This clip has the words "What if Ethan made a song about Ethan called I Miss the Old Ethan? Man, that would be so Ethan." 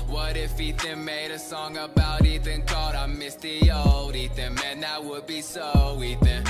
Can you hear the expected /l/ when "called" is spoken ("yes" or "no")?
no